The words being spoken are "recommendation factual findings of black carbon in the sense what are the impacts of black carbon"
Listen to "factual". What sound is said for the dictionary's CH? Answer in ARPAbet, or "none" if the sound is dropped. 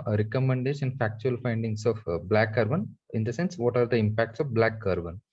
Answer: CH